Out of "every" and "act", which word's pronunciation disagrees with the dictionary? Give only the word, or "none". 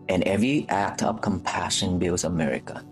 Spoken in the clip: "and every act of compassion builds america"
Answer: none